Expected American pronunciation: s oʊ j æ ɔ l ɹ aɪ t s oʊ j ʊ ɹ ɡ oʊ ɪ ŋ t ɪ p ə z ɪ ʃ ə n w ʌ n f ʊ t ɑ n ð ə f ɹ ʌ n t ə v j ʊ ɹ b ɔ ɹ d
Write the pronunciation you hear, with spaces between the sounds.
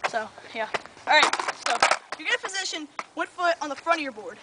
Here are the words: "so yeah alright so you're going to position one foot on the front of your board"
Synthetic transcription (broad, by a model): s oʊ j æ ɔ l ɹ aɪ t s oʊ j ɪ ɡ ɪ t ɪ f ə z ɪ ʃ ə n w ʌ n f ʊ t n ð ə f ɹ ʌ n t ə ɹ b ɔ ɹ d